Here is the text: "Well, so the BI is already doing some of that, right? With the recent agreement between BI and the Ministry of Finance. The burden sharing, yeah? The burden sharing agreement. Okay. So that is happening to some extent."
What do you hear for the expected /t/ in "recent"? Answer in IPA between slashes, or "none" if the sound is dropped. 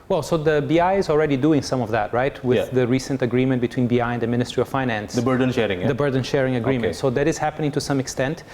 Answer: /t/